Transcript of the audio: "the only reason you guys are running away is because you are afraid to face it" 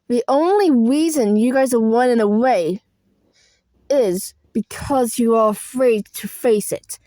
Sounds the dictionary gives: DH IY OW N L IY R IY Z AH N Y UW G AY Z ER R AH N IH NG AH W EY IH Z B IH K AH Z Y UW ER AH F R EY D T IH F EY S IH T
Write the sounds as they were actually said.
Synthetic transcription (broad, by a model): DH IY OW N L IY R IY Z AH N Y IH G AY Z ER W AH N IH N AH W EY IH Z B IH K AH Z Y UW ER AH F R EY D T IH F EY S IH T